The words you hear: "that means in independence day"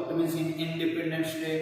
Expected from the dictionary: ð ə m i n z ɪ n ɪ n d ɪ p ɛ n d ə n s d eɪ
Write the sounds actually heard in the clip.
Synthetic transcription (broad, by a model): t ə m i z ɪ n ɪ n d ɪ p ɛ n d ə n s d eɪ